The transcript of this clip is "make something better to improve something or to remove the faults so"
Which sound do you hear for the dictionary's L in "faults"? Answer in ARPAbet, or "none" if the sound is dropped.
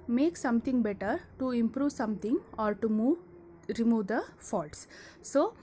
L